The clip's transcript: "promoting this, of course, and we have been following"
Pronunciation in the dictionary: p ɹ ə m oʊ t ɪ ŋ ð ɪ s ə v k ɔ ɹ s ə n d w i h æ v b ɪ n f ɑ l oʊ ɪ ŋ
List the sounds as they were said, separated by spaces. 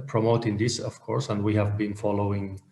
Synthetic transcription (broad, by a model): p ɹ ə m oʊ t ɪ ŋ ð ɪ s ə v k ɔ ɹ s ə n d w i h æ v b ɪ n f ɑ l oʊ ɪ ŋ